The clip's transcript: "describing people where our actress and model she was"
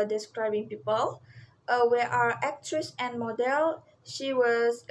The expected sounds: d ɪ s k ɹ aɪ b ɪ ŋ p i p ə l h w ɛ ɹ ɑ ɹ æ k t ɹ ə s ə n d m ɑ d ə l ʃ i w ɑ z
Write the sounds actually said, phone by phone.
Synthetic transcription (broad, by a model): d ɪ s k ɹ aɪ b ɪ ŋ p i p ə l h w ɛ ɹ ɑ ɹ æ k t ɹ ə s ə n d m ɑ d ə l ʃ i w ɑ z